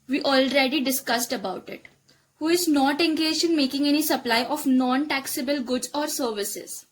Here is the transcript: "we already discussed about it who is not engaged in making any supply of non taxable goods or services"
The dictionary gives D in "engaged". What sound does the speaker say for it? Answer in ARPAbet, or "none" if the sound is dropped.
none